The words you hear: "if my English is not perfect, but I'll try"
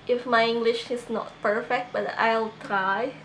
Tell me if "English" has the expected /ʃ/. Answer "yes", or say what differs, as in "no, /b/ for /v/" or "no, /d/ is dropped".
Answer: yes